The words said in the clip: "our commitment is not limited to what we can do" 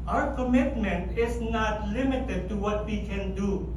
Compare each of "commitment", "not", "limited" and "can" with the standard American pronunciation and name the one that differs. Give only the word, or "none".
none